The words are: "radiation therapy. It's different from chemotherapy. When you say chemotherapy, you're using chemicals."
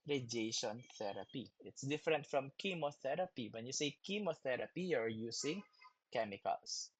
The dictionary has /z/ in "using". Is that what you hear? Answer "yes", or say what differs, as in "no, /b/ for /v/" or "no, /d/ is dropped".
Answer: no, /s/ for /z/